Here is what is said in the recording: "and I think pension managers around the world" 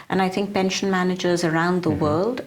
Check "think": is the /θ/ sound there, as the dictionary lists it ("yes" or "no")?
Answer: yes